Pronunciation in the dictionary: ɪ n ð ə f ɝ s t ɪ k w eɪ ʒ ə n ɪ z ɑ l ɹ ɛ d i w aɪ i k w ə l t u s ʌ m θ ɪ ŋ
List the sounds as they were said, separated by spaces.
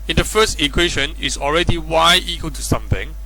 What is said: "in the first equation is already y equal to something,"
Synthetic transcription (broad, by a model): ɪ n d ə f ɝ s t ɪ k w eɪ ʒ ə n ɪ s ɑ l ɹ ɛ d i w aɪ i k w ə l t u s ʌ m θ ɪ ŋ